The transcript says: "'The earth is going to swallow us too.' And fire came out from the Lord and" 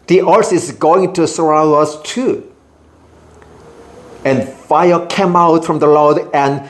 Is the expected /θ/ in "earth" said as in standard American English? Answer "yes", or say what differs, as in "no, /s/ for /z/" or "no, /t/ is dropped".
no, /s/ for /θ/